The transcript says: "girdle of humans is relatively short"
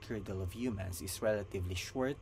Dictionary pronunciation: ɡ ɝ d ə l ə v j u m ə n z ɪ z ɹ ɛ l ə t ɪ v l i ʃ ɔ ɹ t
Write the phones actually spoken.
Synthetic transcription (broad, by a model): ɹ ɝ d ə l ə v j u m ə n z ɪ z ɹ ɛ l ə t ɪ v l i ʃ ɔ ɹ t